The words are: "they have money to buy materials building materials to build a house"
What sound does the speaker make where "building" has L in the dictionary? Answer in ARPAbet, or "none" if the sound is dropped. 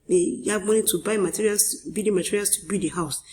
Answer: none